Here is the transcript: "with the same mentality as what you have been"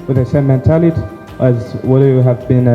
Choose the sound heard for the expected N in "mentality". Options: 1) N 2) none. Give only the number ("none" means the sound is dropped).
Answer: 1